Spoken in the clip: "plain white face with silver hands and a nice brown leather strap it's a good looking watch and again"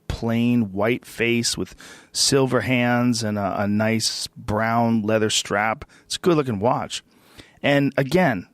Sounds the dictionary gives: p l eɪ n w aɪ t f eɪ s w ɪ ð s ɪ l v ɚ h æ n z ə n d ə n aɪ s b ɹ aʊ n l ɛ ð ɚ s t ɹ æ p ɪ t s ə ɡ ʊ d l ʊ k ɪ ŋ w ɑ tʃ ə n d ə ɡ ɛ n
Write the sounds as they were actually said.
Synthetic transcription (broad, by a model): p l eɪ n w aɪ t f eɪ s w ɪ ð s ɪ l v ɚ h æ n z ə n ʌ ə n aɪ s b ɹ aʊ n l ɛ ð ɚ s t ɹ æ p ɪ t s ɡ ʊ d l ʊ k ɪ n w ɑ tʃ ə n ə ɡ ɛ n